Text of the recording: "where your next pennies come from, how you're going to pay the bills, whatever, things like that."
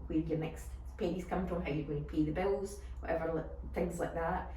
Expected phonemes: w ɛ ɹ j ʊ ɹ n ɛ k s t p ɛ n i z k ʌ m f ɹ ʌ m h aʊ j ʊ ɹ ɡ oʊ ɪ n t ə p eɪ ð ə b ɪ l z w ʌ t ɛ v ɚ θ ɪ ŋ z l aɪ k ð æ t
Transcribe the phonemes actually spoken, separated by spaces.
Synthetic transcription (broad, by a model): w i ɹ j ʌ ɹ n ɛ k s t p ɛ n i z k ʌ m f ɹ ʌ m h aʊ j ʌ ɹ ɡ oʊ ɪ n t ə p eɪ ð ə b ɪ l z w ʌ t ɛ v ɚ θ ɪ ŋ z l aɪ k ð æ t